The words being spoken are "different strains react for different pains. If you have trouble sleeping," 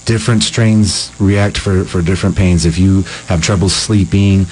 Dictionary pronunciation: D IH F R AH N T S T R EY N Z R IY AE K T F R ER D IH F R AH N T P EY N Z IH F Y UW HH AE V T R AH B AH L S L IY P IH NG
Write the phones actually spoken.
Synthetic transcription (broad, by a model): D IH F R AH N T S T R EY N Z R IY AE K T F R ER D IH F R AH N P EY N Z IH F Y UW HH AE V T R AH B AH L S L IY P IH NG